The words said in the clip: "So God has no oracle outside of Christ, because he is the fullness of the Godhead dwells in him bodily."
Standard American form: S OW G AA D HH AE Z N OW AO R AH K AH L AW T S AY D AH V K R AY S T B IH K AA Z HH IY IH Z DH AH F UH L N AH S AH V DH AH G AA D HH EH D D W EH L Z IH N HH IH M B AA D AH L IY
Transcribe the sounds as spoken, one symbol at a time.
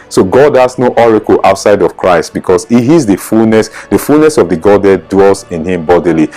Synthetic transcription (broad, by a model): S OW G AA D HH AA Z N OW AO R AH K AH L AW T S AY D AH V K R AY S T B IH K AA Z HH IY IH S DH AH F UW L N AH S AH V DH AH G AA D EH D D W EH L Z IH N HH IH M B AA D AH L IY